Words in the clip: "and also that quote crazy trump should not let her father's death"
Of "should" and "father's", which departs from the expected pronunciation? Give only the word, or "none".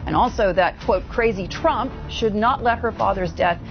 none